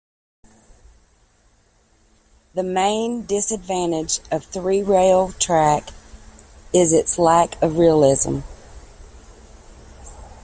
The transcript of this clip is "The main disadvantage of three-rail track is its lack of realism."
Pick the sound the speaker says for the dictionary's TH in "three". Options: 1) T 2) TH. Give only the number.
2